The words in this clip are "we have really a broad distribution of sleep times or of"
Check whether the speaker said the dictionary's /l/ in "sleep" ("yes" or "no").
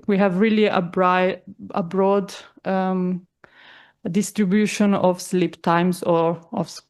yes